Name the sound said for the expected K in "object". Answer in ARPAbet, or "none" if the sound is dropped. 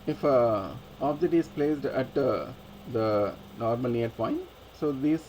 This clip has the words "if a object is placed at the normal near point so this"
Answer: none